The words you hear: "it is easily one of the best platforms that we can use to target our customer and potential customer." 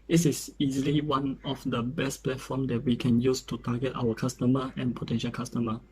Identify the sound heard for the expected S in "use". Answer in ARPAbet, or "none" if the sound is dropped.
S